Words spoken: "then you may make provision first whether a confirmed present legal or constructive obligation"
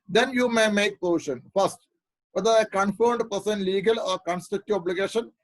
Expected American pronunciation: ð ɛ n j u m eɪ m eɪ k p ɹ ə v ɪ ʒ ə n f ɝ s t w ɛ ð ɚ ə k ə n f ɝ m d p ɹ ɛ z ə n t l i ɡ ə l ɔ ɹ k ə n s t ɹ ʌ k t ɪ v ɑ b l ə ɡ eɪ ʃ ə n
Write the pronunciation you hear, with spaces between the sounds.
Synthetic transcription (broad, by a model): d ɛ n j u m eɪ m eɪ k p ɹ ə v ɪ ʃ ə n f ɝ s t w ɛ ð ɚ ə k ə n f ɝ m d p ʌ s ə n l i ɡ ə l ɔ ɹ k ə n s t ʌ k t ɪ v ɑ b l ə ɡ eɪ ʃ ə n